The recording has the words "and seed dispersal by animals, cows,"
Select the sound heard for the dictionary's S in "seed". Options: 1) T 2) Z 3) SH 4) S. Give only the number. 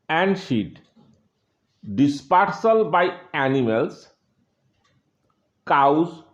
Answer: 3